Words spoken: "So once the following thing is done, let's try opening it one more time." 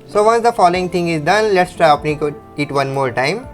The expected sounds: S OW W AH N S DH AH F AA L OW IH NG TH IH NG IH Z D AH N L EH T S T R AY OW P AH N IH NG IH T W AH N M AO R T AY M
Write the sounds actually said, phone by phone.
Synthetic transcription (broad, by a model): S OW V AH N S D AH F AA L OW IH NG T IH NG IH Z D AH N L EH T S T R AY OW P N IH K IH T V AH N M AO R T AY M